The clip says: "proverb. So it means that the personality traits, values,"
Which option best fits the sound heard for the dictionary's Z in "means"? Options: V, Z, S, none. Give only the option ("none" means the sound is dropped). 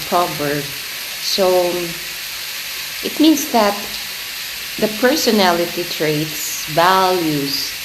S